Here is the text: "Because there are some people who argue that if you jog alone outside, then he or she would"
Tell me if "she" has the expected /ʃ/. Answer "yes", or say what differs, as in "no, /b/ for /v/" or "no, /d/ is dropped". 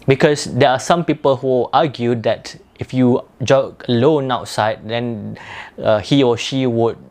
yes